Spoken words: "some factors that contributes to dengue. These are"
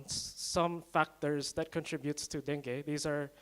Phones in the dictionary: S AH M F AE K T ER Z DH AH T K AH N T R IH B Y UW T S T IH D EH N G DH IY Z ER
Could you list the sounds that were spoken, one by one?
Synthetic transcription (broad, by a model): S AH M F AE K T ER Z DH AH T K AH N T R IH B Y UW T S T IH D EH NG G DH IY Z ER